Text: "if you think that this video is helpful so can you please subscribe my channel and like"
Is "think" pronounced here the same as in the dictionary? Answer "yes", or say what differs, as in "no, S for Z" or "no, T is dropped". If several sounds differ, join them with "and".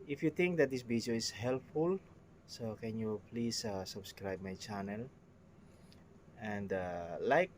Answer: no, T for TH